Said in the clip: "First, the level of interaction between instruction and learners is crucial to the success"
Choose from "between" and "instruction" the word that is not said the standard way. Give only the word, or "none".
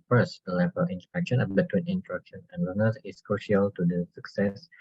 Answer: instruction